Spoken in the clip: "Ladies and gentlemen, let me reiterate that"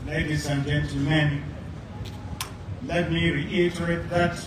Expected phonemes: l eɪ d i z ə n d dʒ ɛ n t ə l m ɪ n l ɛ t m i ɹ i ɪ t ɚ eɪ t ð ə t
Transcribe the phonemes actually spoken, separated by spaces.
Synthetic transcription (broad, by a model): l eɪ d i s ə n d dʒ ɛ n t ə m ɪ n l ɛ t m i ɹ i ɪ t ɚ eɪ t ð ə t